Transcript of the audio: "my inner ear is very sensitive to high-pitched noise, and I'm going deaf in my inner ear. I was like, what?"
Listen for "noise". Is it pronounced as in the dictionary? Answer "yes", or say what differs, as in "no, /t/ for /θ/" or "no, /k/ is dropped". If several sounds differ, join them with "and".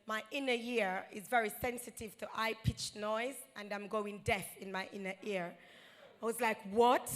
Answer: yes